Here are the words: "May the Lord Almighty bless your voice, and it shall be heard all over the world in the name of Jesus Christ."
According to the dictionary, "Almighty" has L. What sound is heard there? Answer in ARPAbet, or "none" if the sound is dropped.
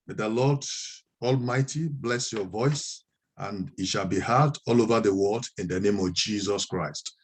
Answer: L